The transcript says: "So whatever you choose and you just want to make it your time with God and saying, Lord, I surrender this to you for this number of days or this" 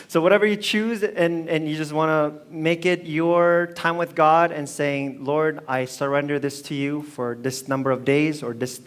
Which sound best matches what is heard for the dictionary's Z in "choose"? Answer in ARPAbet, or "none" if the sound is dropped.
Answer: Z